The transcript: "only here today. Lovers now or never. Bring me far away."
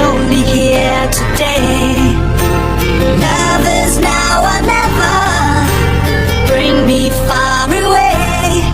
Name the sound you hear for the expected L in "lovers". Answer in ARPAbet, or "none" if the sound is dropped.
N